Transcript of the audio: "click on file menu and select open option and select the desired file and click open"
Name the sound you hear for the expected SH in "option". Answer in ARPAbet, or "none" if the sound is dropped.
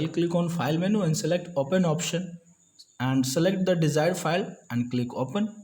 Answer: SH